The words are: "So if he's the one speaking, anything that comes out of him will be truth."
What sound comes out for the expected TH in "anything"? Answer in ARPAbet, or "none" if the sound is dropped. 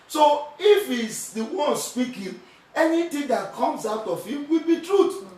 T